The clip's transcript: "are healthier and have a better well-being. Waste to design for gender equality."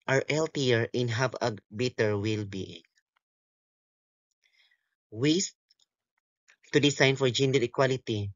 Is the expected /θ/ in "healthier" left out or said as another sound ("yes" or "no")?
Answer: yes